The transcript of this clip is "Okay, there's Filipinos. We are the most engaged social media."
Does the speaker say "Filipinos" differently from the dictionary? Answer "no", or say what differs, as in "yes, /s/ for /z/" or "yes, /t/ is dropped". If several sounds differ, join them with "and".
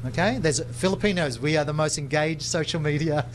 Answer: no